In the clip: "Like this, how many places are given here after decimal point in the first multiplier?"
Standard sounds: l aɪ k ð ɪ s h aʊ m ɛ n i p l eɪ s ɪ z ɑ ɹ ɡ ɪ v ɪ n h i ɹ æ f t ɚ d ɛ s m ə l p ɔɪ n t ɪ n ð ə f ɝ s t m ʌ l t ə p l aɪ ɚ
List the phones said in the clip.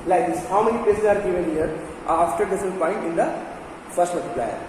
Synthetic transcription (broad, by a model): l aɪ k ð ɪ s h aʊ m ɛ n i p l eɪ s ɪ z ɑ ɹ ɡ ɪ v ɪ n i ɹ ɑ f t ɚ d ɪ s ə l p ɔɪ n t ɪ n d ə f ɝ s t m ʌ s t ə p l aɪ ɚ